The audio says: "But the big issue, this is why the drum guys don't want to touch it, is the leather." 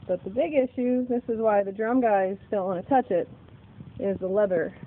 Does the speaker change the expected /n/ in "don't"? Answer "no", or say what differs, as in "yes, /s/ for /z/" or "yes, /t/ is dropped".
yes, /l/ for /n/